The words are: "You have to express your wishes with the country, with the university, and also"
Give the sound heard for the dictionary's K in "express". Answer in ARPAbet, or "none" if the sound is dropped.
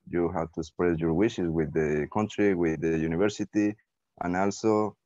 none